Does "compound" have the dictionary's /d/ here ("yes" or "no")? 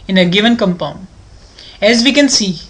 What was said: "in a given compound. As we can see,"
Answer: no